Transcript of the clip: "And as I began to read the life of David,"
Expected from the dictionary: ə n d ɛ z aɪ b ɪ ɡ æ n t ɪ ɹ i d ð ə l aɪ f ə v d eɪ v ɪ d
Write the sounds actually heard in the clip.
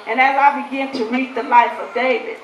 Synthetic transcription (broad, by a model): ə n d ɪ z aɪ b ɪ ɡ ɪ n t ɪ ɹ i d ð ə l aɪ f ə v d eɪ v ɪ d